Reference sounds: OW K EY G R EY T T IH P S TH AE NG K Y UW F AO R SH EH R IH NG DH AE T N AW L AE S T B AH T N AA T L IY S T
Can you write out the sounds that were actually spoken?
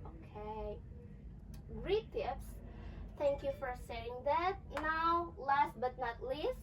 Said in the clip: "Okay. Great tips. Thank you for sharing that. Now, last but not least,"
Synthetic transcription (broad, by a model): OW K EY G R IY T T IH P S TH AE NG K Y UW F AO R S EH IH NG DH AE T N AW L AE S T B AH T N AA T L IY S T